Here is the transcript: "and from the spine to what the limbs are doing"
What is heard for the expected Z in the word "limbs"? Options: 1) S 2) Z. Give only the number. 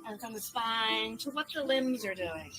2